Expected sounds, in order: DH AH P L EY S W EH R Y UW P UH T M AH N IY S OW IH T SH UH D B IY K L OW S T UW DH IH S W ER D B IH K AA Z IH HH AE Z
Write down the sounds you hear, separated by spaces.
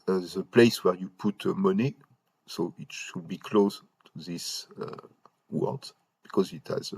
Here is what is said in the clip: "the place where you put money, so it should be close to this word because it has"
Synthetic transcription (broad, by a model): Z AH P L EY S W EH R Y UW P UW T M AH N IY S OW IH T SH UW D B IY K L OW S T UW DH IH S W ER D B IH K AA Z IH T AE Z